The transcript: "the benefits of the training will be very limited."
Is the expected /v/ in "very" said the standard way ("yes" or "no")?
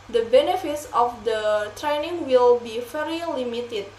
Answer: no